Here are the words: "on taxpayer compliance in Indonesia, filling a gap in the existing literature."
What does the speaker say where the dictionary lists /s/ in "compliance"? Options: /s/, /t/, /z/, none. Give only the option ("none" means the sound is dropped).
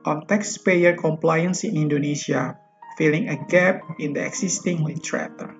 /s/